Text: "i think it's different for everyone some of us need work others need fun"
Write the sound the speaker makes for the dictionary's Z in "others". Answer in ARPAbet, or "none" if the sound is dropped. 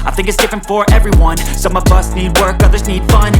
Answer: Z